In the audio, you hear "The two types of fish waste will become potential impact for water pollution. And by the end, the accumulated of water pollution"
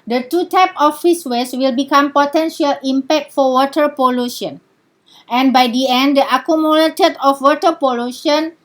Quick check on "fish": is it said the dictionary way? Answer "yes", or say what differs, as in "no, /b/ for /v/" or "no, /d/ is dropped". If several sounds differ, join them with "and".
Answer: no, /s/ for /ʃ/